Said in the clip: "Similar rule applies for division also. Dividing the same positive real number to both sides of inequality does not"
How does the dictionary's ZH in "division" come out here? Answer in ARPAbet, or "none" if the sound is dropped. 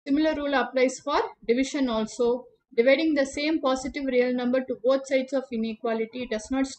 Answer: SH